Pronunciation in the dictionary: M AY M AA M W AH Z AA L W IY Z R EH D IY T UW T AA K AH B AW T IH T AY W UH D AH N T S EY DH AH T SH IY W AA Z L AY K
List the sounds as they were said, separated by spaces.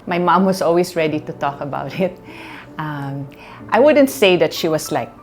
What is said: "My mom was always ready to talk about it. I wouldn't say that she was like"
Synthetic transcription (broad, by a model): M AY M AA M W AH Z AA L W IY S R EH D IY T UW T AA K AH B AW T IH T AY W UH D AH N T S EY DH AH T SH IY W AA S L AY K